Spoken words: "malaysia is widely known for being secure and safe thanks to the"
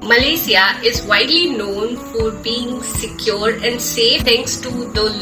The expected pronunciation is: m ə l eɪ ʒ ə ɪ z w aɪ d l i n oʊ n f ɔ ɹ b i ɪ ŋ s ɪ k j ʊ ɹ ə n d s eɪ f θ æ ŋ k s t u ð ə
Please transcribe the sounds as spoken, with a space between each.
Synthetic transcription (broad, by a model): m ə l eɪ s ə ɪ z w aɪ d l i n oʊ n f ɔ ɹ b i ɪ ŋ s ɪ k j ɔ ɹ ə n d s eɪ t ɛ ŋ k s t u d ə